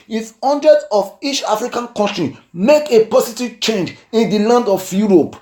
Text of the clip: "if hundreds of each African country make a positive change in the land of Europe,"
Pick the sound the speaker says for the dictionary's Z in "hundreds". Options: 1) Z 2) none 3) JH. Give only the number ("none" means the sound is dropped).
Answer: 2